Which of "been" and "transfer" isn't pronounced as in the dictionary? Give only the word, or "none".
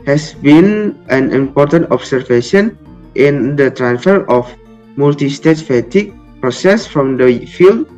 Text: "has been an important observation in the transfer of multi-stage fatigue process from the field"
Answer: none